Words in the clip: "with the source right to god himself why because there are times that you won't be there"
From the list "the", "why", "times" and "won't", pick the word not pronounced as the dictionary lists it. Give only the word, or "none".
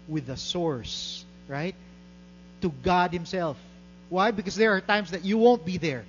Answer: times